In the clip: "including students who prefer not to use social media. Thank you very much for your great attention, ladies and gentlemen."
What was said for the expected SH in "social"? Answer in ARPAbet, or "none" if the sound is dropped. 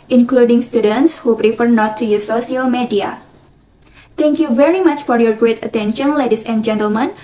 none